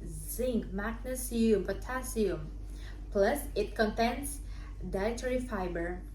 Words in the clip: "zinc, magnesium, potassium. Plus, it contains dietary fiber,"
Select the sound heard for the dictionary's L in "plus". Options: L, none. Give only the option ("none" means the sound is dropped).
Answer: L